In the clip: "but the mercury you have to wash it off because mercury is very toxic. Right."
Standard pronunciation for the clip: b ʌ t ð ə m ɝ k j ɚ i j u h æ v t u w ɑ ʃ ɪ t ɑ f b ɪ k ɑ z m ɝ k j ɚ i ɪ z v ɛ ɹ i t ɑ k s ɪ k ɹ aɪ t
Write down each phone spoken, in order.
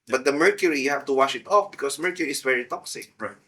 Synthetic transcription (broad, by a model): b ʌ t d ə m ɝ k j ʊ i j u h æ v t u w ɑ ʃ ɪ t ɑ f b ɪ k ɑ s m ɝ k j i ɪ s v ɛ ɹ i t ɑ k s ɪ k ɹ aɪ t